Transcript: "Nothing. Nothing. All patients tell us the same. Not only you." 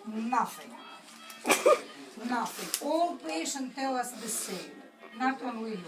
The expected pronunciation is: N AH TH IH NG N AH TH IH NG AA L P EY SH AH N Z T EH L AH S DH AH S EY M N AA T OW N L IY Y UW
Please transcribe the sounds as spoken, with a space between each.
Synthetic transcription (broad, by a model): N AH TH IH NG N AH TH IH NG AA L P EY SH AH N T EH L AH S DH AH S EY M N AA T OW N W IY